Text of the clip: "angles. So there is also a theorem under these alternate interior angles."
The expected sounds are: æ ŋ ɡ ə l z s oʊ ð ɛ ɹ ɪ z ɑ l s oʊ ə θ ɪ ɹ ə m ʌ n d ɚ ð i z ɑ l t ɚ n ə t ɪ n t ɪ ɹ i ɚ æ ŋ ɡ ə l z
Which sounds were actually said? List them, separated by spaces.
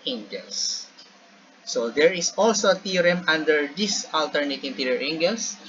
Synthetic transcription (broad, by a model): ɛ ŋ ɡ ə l s oʊ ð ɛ ɹ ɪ s ɑ l s oʊ ə t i ɹ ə m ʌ n d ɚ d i s ɑ l t ɚ n ə t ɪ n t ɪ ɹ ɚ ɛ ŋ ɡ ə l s